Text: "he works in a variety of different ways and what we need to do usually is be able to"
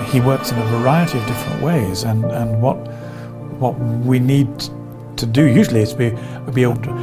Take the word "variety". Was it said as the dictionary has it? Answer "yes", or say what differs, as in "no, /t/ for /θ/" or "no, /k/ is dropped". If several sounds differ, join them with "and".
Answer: yes